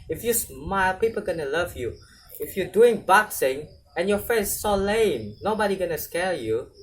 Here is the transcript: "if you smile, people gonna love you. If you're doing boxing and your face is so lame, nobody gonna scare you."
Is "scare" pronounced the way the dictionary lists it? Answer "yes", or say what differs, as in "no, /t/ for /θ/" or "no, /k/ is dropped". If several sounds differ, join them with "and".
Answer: no, /l/ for /ɹ/